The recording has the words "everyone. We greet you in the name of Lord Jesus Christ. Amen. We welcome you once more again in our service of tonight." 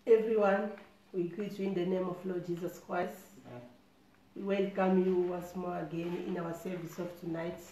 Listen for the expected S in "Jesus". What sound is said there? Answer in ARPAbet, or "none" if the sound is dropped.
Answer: S